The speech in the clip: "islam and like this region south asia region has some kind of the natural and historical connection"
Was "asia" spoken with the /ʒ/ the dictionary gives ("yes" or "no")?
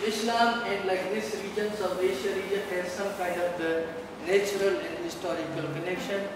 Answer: no